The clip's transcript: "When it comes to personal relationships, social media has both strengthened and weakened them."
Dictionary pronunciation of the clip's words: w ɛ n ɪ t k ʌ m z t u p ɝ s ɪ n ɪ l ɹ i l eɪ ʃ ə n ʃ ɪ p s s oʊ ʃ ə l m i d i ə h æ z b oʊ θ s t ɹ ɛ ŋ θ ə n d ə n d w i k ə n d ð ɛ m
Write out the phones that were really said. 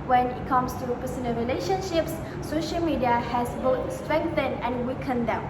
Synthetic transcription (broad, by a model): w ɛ n ɪ t k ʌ m s t u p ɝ s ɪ n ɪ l ɹ i l eɪ ʃ ə n ʃ ɪ p s s oʊ ʃ ə l m i d i ə h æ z b oʊ t s t ɹ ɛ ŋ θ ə n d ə n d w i k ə n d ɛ m